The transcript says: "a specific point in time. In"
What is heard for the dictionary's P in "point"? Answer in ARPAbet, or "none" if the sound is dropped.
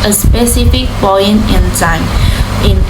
B